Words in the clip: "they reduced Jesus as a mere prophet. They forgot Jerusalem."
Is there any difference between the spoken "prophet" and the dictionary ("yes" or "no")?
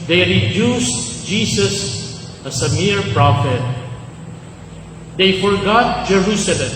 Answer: no